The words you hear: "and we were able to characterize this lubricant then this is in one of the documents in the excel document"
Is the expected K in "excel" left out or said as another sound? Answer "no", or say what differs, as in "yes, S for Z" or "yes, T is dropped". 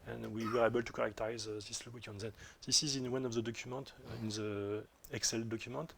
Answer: no